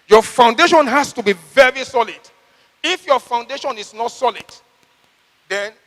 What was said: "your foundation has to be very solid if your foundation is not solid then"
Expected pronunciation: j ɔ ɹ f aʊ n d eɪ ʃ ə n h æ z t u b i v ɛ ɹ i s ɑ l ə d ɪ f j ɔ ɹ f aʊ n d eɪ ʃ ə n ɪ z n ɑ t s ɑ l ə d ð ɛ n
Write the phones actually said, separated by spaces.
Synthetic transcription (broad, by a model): j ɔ f aʊ n d eɪ ʃ ə n h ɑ s t u b i v ɛ ɹ i s ɑ l ə d ɪ f j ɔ f aʊ n d eɪ ʃ ə n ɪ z n ɑ t s ɑ l ə d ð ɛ n